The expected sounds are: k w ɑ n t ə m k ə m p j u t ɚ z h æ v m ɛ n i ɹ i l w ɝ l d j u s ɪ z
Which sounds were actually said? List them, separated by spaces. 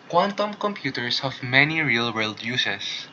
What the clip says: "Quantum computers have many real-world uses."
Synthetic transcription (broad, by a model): k w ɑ n t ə m k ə m p j u t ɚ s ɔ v m ɛ n i ɹ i l w ɝ l d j u s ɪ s